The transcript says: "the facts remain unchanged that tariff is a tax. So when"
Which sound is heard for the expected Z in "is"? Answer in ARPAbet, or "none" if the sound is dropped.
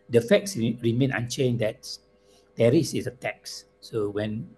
S